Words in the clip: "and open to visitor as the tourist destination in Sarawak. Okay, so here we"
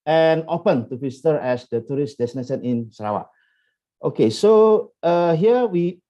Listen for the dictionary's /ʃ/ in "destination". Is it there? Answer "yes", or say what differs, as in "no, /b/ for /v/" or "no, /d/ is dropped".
no, /s/ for /ʃ/